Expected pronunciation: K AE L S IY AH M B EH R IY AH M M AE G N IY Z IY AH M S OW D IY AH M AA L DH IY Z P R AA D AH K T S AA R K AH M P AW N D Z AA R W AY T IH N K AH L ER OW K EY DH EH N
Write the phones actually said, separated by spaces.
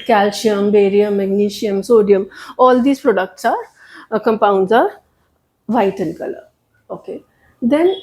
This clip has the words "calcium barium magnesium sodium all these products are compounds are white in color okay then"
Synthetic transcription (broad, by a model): K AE L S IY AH M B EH R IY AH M M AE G N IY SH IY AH M S OW D IY AH M AA L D IY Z P R AA D AH K T S AA R K AH M P AW N D Z AA R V AY T IH N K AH L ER OW K EY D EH N